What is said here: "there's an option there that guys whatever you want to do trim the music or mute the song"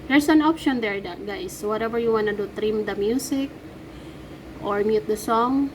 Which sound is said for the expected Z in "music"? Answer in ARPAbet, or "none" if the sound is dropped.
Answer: S